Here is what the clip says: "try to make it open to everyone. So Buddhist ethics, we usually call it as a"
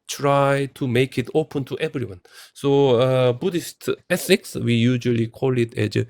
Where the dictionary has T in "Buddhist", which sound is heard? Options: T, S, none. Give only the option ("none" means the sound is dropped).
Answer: T